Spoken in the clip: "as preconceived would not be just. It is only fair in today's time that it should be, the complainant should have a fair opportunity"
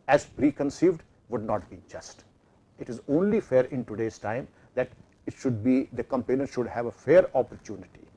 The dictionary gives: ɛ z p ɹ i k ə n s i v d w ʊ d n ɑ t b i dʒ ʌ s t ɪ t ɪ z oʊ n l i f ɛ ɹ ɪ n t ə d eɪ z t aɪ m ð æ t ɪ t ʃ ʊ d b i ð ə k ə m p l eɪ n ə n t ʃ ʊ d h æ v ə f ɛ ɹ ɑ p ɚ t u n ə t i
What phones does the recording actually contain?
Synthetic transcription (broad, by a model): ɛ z p ɹ i k ə n s i v d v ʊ d n ɑ t b i dʒ ʌ s t ɪ t ɪ z oʊ n l i f ɛ ɹ ɪ n t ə d eɪ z t aɪ m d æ t ɪ t ʃ ʊ d b i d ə k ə m p eɪ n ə t ʃ ʊ d h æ v ə f ɛ ɹ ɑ p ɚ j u n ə t i